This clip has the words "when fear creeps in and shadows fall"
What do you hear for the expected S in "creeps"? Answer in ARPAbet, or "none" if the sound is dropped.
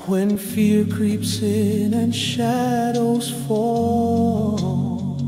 S